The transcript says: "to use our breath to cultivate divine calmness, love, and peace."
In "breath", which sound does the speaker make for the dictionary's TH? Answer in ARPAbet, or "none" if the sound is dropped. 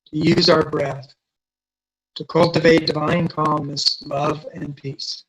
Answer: TH